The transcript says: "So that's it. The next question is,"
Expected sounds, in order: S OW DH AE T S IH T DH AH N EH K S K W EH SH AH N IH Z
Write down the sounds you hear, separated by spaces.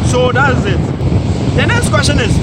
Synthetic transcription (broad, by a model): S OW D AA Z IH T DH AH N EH S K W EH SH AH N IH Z